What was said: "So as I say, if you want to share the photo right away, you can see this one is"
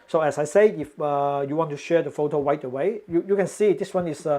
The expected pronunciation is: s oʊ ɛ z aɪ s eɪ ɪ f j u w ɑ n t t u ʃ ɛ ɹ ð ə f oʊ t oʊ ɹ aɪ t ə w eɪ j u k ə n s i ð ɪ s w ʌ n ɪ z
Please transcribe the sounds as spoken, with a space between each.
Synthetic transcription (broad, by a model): s oʊ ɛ s aɪ s eɪ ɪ f j u w ɑ n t t u ʃ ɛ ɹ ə f oʊ t oʊ w aɪ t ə w eɪ j u k ə n s i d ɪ s w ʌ n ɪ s